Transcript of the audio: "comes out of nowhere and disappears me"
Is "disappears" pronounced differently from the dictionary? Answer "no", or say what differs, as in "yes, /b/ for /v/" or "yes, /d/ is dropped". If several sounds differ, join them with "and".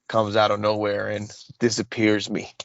no